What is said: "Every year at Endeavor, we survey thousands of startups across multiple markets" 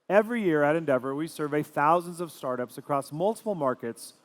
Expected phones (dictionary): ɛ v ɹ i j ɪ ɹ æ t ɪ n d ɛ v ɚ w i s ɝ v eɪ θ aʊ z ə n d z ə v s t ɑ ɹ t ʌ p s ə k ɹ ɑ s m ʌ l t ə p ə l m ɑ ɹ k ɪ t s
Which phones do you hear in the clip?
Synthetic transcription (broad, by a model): ɛ v ɹ i j ɪ ɹ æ t ɪ n d ɛ v ɚ w i s ɝ v eɪ θ aʊ z ə n d z ə v s t ɑ ɹ t ʌ p s ə k ɹ ɑ s m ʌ l t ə p l m ɑ ɹ k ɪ t s